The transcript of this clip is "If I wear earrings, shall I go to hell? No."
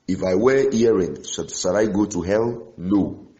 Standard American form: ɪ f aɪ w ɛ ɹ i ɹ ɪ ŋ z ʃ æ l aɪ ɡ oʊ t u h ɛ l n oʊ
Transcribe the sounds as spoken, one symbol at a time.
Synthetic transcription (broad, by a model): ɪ f aɪ w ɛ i ɹ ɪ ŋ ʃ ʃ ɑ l aɪ ɡ oʊ t u h ɛ l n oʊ